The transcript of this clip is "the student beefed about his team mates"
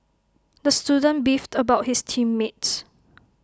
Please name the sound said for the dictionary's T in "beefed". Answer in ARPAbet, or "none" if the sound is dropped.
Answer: T